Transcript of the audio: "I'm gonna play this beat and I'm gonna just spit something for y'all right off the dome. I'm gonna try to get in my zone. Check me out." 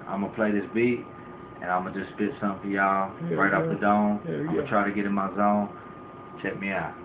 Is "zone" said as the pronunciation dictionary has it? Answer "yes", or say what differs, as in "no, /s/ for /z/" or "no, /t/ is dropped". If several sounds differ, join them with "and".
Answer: yes